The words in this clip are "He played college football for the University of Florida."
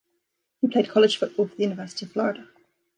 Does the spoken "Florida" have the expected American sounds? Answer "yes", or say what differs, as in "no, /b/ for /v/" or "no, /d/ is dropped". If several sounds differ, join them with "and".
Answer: yes